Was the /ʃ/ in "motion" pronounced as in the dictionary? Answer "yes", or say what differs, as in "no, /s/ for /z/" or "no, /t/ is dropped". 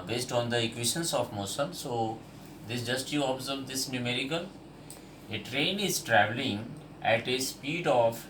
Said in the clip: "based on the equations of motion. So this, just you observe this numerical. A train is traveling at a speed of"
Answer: no, /s/ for /ʃ/